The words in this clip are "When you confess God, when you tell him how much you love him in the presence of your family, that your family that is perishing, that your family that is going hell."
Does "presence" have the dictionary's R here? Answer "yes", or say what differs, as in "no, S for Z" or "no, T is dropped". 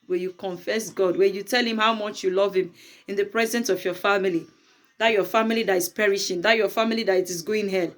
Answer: yes